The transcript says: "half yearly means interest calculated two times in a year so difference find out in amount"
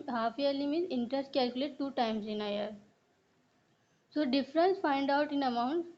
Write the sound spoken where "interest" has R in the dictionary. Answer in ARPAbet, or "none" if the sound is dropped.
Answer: R